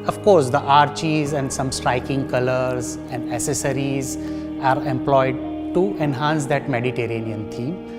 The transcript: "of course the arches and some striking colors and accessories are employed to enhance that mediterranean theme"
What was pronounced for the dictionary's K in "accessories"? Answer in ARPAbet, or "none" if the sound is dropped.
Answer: none